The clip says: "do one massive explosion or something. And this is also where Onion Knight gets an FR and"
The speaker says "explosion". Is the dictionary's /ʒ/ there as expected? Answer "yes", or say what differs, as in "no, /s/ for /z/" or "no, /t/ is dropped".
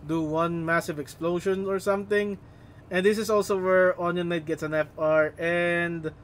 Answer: no, /ʃ/ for /ʒ/